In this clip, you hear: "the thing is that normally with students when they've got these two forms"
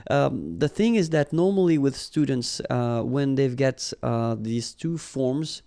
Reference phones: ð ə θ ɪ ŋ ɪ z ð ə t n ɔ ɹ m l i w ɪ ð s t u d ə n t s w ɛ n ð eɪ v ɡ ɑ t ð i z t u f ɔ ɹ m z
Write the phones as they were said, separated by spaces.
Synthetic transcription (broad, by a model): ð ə θ ɪ ŋ ɪ z ð ə t n ɔ ɹ m l i w ɪ ð s t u d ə n t s w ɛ n ð eɪ v ɡ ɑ t ð i z t u f ɔ ɹ m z